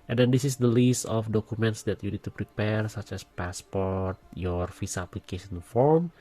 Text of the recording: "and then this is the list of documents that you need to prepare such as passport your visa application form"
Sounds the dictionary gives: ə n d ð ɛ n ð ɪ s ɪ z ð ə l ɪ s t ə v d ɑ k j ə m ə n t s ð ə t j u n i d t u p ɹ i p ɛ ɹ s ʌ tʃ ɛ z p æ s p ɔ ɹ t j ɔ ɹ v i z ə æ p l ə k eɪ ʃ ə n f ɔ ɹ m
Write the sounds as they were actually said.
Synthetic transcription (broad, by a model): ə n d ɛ n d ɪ s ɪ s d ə l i s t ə f d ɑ k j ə m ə n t s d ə t j u n i d t u p ɹ i p ɛ ɹ s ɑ tʃ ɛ s p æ s p ɔ ɹ t j ɔ ɹ f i s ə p l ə k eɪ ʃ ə n f ɔ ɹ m